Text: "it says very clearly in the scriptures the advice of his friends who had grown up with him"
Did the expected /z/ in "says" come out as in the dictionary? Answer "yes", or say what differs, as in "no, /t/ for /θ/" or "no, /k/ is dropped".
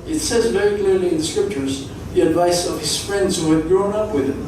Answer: yes